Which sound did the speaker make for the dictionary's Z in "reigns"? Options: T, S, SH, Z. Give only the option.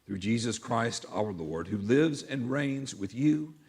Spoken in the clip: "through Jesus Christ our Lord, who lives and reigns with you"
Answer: Z